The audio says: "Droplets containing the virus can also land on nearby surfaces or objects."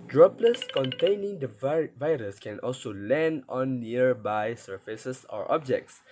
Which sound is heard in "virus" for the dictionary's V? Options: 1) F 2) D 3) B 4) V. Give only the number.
4